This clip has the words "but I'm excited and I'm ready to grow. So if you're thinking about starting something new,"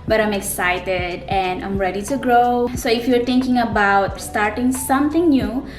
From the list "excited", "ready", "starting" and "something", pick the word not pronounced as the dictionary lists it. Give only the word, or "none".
something